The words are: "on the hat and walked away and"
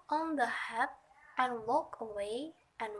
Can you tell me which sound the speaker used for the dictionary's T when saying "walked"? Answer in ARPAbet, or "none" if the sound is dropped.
none